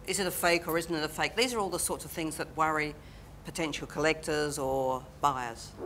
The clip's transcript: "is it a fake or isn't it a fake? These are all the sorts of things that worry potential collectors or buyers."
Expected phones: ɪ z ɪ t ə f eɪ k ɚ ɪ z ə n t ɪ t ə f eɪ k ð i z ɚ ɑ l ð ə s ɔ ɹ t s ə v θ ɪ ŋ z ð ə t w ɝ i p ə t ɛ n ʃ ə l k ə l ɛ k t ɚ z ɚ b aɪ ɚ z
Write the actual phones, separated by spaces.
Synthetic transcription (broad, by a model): ɪ z ɪ t ə f eɪ k ɚ ɪ z n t ɪ t ə f eɪ k ð i z ɚ ɑ l ð ə s ɔ ɹ t s ə v θ ɪ ŋ z ð ə t w ɝ i p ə t ɛ n ʃ l k ə l ɛ k t ɚ z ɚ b aɪ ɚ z